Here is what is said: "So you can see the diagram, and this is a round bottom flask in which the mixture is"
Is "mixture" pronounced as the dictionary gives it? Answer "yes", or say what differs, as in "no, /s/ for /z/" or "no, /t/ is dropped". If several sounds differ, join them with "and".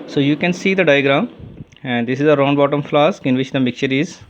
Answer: no, /s/ is dropped